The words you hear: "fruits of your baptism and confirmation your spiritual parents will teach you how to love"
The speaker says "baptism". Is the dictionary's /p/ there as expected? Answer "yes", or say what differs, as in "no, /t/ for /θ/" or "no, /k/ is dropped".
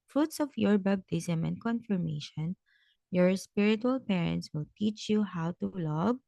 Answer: no, /b/ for /p/